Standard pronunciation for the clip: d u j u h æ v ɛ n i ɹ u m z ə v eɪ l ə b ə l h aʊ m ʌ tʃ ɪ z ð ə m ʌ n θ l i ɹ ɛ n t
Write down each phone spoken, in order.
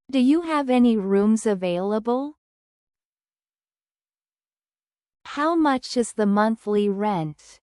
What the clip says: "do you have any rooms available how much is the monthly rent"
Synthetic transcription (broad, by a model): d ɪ j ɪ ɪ v ɛ n i ɹ u m z ə v eɪ l ə b ə l h aʊ m ʌ tʃ ɪ z ð ə m ʌ n θ l i ɹ ɛ n t